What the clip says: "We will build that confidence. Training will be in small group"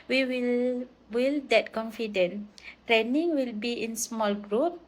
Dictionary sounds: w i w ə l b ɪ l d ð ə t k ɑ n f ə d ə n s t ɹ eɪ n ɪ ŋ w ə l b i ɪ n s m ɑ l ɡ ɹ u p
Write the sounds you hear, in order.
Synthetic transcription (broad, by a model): w i w ə l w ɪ l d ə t k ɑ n f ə d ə n t ɹ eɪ n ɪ ŋ w ə l b i ɪ n s m ɑ l ɡ ɹ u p